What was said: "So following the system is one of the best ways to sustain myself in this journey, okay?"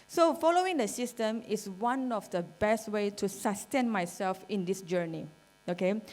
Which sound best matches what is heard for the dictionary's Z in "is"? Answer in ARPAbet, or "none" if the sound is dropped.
S